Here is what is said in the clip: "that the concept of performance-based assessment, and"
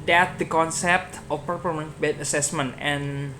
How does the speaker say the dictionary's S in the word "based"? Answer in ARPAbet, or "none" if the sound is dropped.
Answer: none